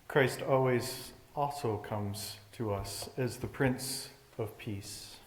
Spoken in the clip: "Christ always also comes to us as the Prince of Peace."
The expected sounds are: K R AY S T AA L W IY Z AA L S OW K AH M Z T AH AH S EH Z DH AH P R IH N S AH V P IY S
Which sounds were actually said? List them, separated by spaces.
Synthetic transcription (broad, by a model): K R AY S T AA L W IY Z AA S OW K AH M Z T AH AH S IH Z DH AH P R IH N S AH V P IY S